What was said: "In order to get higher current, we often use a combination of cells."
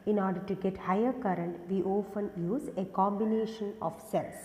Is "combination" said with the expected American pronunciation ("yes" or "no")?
yes